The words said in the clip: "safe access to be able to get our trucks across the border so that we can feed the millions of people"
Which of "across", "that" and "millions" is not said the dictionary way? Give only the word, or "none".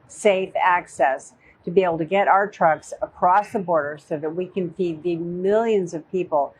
none